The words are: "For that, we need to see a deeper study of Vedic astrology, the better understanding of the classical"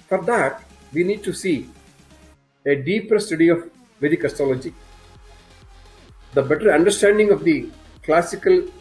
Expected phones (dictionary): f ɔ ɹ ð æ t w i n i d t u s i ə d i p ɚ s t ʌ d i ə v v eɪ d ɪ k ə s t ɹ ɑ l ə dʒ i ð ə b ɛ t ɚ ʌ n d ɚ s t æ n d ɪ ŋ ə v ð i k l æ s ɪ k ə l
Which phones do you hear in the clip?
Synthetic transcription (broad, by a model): f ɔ ɹ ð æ t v i n i d t u s i ə d i p ɚ s t ʌ d i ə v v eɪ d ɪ k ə s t ɑ l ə dʒ i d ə b ɛ t ɚ ʌ n d ɚ s t æ n d ɪ ŋ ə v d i k l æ s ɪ k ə l